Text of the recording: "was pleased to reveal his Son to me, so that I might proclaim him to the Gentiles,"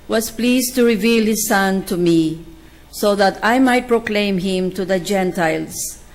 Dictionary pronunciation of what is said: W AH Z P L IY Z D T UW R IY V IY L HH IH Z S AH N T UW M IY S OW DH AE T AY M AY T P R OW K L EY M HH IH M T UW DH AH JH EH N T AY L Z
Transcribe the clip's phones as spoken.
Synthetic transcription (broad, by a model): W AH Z P L IY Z T UW R IY V IY L HH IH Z S AH N T UW M IY S OW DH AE T AY M AY T P R OW K L EY M HH IH M T UW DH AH JH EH N T AY L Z